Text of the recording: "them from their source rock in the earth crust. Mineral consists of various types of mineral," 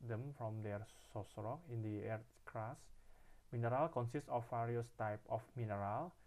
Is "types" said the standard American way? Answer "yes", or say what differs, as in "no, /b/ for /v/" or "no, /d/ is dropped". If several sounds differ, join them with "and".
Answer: no, /s/ is dropped